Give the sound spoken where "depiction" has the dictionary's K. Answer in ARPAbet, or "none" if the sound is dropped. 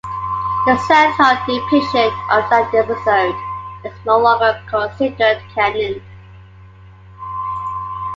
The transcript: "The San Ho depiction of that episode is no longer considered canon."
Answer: none